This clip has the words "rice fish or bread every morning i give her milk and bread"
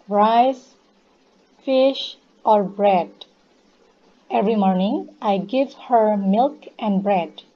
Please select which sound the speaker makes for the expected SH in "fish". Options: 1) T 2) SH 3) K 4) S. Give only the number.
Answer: 2